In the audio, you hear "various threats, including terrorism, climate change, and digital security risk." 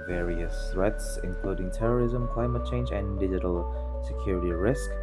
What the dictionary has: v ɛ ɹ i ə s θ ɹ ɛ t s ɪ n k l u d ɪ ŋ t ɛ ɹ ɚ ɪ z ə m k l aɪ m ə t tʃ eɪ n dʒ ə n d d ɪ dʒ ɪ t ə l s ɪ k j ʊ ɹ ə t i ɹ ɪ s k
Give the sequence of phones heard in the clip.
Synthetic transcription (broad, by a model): v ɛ ɹ i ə s θ ɹ ɛ t s ɪ n k l u d ɪ ŋ t ɛ ɹ ɚ ɪ z ə m k l aɪ m ə t tʃ eɪ n dʒ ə n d d ɪ dʒ ɪ t ə l s ɪ k j ʊ ɹ ə t i ɹ ɪ s k